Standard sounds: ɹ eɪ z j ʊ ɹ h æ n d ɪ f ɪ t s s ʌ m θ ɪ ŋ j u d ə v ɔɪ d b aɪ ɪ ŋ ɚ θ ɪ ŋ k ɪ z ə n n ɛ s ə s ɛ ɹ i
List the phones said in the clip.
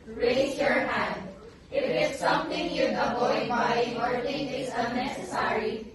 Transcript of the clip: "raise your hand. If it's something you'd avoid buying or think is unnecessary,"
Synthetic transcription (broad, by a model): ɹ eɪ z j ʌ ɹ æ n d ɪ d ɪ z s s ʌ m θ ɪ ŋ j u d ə b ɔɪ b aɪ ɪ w ɚ t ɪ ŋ ɪ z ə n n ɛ s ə s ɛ ɹ i